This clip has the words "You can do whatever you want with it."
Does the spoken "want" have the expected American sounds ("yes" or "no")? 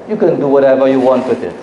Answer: yes